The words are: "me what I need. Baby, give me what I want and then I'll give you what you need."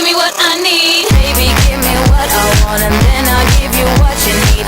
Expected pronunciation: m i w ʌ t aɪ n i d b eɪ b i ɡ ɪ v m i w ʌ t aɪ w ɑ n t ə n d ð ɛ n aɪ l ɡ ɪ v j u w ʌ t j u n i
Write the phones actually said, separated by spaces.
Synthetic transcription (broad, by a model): m i w ʌ t aɪ n i d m eɪ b i ɡ ɪ v m i w ʌ t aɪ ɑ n ə n ð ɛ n aɪ l ɡ ɪ v j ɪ w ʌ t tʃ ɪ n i